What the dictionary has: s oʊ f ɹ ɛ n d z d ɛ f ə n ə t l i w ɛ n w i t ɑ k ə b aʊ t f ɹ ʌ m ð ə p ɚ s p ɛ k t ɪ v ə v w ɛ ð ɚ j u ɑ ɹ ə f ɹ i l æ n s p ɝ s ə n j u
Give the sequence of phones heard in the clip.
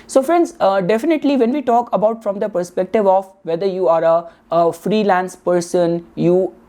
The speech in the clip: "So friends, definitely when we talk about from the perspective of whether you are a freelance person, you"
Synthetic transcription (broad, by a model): s oʊ f ɹ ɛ n d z d ɛ f ə n ə t l i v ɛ n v i t ɑ k ə b aʊ t f ɹ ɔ m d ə p ɚ s p ɛ k t ɪ v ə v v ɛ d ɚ j u ɑ ɹ ə f ɹ i l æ n s p ɝ s ə n j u